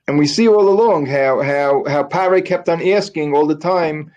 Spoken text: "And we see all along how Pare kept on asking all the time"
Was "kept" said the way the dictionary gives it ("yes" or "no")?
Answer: yes